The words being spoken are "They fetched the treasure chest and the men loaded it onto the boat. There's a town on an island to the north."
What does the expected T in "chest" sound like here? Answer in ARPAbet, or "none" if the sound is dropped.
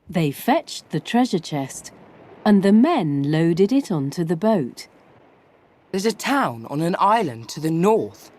T